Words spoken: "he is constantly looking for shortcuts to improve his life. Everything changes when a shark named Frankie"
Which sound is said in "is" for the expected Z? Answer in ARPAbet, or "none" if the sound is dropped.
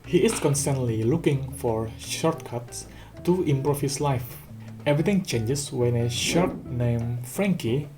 S